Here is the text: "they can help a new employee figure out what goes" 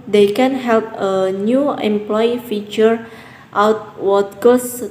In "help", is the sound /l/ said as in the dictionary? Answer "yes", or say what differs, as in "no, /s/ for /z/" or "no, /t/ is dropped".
yes